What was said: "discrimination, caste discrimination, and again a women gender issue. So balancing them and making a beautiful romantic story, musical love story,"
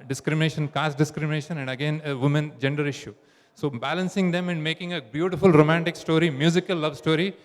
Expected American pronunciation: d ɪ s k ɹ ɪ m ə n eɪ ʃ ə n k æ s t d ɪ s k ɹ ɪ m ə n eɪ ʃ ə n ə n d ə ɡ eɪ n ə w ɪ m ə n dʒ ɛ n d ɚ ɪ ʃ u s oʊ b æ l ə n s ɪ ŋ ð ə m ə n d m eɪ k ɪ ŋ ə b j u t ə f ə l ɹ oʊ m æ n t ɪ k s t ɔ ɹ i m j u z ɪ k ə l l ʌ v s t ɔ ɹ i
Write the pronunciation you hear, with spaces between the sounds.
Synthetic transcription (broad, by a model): d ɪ s k ɹ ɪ m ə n eɪ ʃ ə n k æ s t d ɪ s k ɹ ɪ m ə n eɪ ʃ ə n ə n d ə ɡ eɪ n ə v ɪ m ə n dʒ ɛ n d ɚ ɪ ʃ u s oʊ b æ l ə n s ɪ ŋ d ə m ə n d m eɪ k ɪ ŋ ə b j u t ə f ə l ɹ oʊ m æ n t ɪ k s t ɔ ɹ i m j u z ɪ k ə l l ʌ v s t ɔ ɹ i